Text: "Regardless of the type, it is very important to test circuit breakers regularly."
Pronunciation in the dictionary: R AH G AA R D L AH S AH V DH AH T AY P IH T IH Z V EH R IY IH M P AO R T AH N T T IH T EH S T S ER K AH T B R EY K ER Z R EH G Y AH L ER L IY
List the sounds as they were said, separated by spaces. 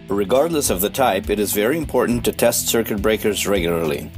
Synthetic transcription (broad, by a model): R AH G AA R D L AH S AH V DH AH T AY P IH T IH Z V EH R IY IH M P AO R T N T T IH T EH S T S ER K AH T B R EY K ER Z R EH G Y L ER L IY